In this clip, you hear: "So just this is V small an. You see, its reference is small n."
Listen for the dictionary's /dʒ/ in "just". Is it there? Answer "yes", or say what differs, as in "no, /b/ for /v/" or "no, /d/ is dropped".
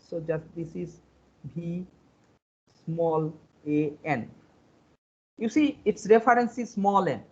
yes